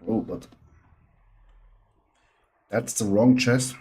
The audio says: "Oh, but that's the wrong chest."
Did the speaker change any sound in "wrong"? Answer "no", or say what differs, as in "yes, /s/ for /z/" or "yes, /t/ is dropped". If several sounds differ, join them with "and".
no